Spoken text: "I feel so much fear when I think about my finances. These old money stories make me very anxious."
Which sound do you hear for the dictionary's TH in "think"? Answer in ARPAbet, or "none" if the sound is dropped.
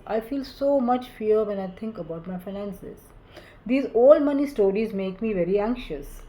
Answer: T